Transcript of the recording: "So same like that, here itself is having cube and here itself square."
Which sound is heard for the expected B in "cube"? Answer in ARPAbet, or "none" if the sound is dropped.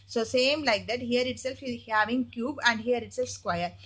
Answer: B